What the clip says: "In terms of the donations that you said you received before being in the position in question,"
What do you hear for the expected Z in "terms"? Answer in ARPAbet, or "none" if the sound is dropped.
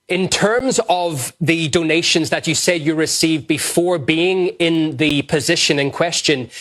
Z